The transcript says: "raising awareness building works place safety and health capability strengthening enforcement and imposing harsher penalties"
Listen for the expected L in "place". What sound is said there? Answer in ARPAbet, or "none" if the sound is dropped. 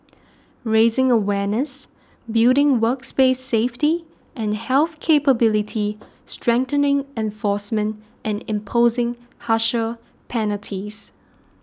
none